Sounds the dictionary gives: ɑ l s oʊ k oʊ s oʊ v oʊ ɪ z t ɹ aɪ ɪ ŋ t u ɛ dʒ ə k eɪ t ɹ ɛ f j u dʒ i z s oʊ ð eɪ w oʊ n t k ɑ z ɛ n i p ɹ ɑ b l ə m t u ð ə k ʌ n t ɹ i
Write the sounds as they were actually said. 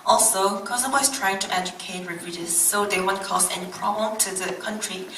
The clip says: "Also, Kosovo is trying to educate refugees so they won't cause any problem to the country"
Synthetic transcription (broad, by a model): ɑ l s oʊ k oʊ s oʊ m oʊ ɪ s t ɹ aɪ ɪ ŋ t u ɛ dʒ ə k eɪ t ɹ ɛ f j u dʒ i s oʊ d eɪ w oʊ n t k ɑ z ɛ n i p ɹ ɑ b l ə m t u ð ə k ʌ n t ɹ i